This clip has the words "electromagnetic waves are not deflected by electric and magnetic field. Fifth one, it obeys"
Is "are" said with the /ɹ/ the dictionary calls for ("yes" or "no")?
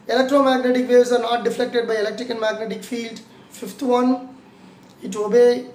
yes